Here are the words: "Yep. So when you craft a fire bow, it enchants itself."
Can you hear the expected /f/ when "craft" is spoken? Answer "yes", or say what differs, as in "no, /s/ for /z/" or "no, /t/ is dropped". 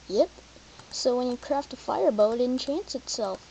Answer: yes